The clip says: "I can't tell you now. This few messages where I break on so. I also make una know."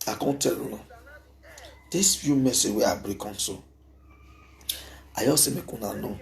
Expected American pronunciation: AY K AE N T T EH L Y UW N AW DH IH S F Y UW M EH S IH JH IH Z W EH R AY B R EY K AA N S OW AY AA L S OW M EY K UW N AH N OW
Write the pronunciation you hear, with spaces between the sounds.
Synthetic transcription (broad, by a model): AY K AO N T T EH L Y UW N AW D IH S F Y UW M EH S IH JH W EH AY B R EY K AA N S OW AY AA S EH M EY K UW N AH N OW